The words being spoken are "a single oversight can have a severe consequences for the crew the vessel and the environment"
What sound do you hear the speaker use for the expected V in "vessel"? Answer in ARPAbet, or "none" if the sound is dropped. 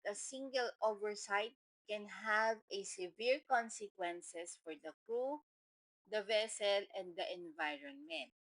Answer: V